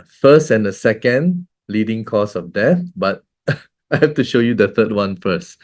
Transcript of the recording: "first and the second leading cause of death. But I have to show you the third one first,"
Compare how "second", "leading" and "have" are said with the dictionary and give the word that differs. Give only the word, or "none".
have